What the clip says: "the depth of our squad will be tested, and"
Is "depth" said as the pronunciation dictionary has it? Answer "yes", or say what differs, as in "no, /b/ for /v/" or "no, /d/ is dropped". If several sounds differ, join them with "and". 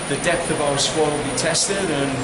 yes